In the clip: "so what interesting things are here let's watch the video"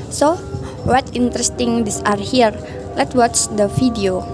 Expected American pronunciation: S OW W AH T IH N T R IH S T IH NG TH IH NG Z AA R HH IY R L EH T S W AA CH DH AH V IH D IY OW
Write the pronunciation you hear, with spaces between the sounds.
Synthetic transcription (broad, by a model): S OW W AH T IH N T R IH S T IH NG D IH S AA R HH IY R L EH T W AA CH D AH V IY D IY OW